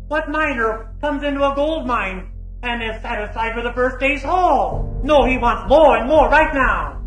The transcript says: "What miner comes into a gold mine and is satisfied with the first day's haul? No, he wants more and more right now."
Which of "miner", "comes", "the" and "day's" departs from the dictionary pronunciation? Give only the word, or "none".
none